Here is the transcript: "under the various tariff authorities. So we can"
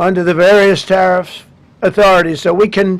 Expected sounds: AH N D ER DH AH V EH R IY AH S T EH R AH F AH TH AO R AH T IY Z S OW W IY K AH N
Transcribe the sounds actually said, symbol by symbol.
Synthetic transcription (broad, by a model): AH N D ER DH AH V EH R IY AH S T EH R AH F AH TH AO R AH T IY Z S OW W IY K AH N